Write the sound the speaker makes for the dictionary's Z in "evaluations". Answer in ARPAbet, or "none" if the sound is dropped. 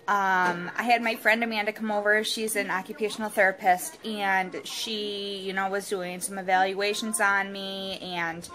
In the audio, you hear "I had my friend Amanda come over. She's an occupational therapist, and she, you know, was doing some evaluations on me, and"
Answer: Z